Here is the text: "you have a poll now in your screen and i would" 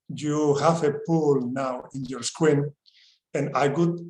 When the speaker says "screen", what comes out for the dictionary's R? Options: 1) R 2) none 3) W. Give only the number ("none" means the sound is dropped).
3